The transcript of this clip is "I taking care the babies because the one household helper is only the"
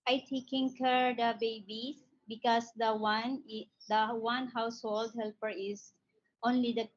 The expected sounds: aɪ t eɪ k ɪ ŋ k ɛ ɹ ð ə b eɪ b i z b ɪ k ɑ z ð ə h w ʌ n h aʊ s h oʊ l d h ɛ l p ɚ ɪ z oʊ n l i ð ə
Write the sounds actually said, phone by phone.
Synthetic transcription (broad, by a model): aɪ t eɪ k ɪ ŋ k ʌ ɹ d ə b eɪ b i b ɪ k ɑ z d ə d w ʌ n h aʊ s h oʊ l d h ɛ l p ɚ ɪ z oʊ n l i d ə